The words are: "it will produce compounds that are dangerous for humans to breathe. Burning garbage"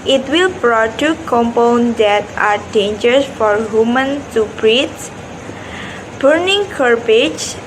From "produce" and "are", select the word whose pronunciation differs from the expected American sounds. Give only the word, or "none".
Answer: produce